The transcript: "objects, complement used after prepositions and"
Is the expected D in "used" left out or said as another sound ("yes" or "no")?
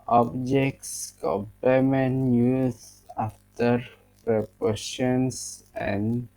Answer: yes